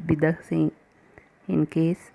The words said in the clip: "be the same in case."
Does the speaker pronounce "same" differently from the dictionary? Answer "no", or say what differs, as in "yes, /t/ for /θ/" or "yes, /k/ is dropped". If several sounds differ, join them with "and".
yes, /m/ is dropped